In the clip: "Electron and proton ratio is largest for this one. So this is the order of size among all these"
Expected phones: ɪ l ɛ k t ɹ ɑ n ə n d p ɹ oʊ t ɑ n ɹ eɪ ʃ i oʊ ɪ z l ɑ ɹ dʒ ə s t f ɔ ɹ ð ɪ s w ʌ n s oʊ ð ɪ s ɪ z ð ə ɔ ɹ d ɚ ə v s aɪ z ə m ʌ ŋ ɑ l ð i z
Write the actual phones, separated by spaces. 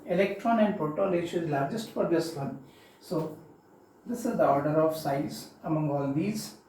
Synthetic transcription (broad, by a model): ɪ l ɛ k t ɹ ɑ n ə n d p oʊ t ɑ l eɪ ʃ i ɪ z l ɑ ɹ dʒ ə s t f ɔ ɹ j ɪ s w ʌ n s oʊ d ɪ s ɪ z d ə ɔ ɹ d ɚ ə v s aɪ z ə m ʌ ŋ ɑ l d i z